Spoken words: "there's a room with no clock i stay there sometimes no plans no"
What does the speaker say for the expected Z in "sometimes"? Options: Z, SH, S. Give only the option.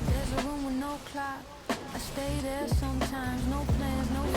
Z